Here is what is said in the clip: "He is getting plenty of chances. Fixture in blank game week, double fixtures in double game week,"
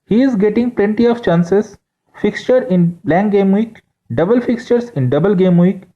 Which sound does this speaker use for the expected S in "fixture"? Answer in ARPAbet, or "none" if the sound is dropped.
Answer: S